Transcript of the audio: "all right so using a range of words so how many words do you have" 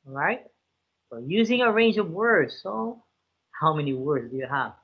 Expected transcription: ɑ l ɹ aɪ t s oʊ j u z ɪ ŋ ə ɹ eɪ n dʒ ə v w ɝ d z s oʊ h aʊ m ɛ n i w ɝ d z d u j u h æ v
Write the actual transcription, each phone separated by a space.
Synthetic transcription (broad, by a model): ɹ aɪ t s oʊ j u z ɪ ŋ ə ɹ eɪ n dʒ ə v w ɝ d z s oʊ h aʊ m ɛ n i w ɝ d z d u j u h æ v